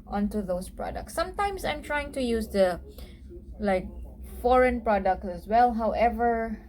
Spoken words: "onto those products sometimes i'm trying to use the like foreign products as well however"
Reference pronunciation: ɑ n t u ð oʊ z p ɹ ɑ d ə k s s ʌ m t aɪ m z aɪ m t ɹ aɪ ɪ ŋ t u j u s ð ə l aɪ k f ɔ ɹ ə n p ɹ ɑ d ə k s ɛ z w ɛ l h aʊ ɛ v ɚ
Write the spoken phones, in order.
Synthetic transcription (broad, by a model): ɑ n t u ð oʊ s p ɹ ɑ d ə k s s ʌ m t aɪ m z aɪ m t ɹ aɪ ɪ ŋ t u j u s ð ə l aɪ k f ɔ ɹ ə n p ɹ ɑ d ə k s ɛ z w ɛ l h aʊ ɛ v ɚ